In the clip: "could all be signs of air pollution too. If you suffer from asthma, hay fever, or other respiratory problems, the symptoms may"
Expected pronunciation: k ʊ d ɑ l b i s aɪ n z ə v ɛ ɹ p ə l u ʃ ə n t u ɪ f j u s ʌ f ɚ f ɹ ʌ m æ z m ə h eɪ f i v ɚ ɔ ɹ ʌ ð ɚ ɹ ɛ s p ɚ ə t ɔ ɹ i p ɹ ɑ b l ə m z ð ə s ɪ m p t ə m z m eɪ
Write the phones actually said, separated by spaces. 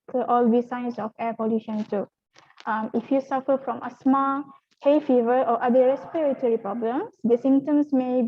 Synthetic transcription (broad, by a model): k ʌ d ɑ l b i s aɪ n s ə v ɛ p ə l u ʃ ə n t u ɪ f j u s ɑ f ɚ f ɹ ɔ m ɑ s m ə h eɪ f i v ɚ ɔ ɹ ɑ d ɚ ɹ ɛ s p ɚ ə t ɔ ɹ i p ɹ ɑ b l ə m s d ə s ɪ m t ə m s m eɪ